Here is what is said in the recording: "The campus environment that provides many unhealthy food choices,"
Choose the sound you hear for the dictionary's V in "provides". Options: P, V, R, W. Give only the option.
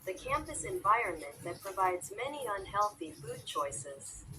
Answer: V